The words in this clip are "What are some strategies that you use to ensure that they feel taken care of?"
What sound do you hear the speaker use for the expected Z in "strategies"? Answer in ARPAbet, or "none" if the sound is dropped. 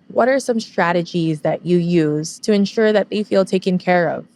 Z